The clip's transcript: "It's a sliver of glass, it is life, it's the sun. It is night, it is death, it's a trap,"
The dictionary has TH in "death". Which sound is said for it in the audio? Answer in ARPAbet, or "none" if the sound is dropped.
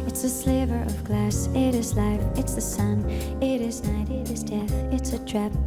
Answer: TH